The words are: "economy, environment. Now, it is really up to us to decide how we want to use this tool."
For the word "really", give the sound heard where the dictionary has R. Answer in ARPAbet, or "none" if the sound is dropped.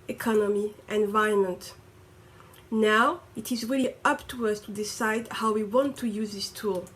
R